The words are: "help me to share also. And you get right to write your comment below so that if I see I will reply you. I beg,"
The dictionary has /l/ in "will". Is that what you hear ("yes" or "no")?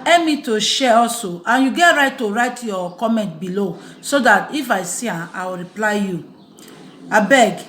no